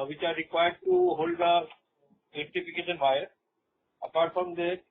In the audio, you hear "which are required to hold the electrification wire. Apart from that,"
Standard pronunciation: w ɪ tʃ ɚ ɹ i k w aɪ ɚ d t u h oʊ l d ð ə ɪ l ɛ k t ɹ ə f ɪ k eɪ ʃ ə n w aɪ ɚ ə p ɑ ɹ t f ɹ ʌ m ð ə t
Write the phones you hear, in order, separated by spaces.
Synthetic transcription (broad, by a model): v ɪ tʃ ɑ ɹ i k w aɪ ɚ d t u h oʊ l d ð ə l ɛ t ə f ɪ k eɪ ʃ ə n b aɪ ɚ ə p ɑ ɹ t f ɹ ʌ m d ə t